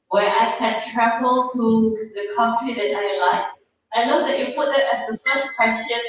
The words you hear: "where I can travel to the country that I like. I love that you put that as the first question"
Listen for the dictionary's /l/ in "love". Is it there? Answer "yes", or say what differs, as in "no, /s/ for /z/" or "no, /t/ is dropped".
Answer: no, /n/ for /l/